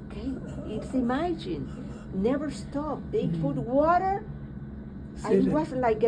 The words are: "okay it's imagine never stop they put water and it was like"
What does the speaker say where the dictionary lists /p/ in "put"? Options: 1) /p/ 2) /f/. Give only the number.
2